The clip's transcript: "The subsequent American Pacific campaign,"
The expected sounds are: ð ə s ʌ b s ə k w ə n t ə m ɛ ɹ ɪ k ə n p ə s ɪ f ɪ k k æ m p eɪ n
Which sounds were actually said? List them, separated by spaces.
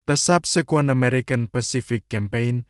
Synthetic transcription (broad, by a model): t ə s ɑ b s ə k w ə n ə m ɛ ɹ ɪ k ə n p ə s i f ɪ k k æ m p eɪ n